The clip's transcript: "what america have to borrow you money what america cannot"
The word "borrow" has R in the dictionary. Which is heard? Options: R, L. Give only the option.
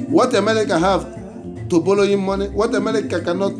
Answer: L